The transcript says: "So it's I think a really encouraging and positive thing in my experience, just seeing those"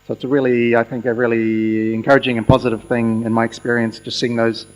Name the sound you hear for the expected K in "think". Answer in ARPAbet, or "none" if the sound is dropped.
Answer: K